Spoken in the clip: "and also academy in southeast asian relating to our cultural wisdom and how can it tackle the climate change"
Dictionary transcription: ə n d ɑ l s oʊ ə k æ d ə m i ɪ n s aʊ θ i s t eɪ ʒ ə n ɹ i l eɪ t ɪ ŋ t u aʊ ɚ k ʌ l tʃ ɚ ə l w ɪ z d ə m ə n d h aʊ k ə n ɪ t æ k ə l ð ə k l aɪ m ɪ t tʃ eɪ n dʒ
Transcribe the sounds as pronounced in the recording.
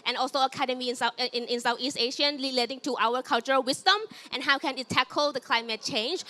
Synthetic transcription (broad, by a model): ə n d ɑ l s oʊ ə k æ d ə m i ɪ n s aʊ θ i s t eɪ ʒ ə n l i l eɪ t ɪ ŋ t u aʊ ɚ k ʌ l tʃ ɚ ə l w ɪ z d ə m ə n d h aʊ k ə n ɪ t æ k ə l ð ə k l aɪ m ɪ t tʃ eɪ n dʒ